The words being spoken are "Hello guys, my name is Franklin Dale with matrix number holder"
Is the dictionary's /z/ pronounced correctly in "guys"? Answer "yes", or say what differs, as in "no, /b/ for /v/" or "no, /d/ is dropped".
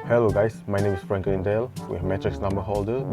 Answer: no, /s/ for /z/